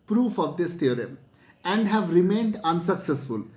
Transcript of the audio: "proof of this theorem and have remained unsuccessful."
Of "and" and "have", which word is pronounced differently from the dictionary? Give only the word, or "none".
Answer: none